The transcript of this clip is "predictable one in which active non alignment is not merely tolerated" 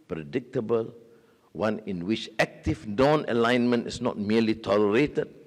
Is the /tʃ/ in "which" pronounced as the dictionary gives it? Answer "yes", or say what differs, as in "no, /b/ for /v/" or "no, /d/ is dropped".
yes